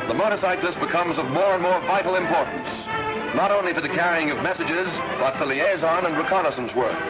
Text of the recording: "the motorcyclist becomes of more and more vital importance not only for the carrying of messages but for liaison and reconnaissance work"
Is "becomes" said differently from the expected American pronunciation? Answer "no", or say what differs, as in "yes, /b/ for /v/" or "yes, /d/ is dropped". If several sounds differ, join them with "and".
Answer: no